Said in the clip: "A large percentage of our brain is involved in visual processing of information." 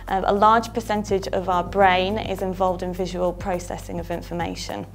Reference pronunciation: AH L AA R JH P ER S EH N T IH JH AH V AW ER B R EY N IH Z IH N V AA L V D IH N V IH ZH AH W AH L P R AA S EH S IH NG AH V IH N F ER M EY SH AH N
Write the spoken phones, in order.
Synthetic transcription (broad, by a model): AH L AA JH P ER S EH N T IH JH AH V AW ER B R EY N IH Z IH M V AA L V D IH N V IH ZH AH W AH L P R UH S EH S IH NG AH V IH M F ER M EY SH AH N